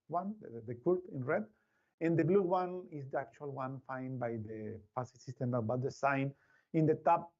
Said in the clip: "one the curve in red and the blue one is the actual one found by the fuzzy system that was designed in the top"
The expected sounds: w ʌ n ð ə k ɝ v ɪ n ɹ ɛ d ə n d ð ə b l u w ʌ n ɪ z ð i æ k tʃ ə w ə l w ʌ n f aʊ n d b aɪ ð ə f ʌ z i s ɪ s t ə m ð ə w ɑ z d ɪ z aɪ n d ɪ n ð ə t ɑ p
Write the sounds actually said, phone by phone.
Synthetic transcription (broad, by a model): w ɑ n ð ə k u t ɪ n ɹ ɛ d ə n d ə b l u w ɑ n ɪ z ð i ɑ k tʃ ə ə l w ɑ n f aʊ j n b aɪ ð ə p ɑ s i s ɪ s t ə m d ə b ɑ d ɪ s aɪ n ɪ n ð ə t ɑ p